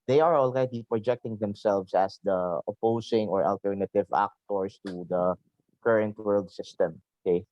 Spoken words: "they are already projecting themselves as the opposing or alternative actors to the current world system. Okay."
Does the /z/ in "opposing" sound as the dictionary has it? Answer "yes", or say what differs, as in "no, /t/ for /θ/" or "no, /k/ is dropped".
no, /s/ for /z/